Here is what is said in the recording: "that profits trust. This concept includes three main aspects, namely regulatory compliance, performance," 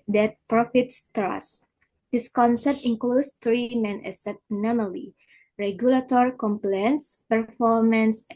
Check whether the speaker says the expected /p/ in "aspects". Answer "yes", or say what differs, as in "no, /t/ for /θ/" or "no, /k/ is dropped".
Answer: no, /p/ is dropped